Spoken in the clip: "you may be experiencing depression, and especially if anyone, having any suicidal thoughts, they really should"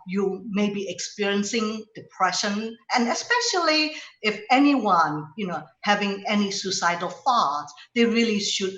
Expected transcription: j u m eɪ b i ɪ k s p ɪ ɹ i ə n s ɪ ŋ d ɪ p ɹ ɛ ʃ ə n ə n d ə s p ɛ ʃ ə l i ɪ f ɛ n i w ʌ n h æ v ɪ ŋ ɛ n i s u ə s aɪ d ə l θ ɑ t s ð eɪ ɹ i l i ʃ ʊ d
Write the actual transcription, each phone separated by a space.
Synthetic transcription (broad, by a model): j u m eɪ b i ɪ k s p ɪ ɹ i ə n s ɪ ŋ d ɪ p ɹ ɛ ʃ ə n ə n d ə s p ɛ ʃ ə l i ɪ f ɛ n i w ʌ n h æ v ɪ ŋ ɛ n i s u s aɪ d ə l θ ɑ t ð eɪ ɹ i l i ʃ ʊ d